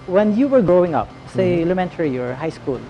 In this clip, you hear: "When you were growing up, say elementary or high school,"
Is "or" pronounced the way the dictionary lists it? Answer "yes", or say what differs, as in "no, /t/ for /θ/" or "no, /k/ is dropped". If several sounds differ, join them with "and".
yes